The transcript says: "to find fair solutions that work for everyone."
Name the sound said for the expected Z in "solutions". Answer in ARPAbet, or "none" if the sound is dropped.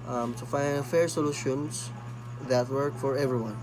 S